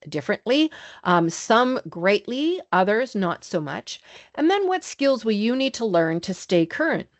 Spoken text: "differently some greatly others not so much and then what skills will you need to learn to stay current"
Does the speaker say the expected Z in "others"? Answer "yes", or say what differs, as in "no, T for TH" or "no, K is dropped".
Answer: yes